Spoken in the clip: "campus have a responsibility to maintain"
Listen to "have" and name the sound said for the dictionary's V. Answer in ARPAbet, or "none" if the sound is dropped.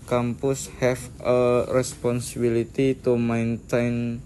F